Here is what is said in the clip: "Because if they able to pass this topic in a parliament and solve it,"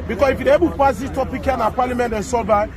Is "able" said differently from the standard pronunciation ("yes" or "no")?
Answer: yes